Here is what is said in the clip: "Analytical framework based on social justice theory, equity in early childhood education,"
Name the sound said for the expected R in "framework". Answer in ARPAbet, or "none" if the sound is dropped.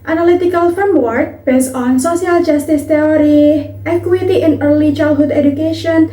none